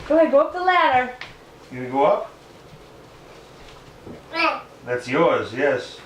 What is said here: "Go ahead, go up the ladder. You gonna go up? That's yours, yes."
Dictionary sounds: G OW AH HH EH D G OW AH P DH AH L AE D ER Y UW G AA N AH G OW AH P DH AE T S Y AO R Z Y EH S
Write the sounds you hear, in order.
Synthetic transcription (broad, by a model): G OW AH G OW AH P DH AH L AE D ER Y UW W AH G OW AH P DH AE T S Y AO R Z Y EH S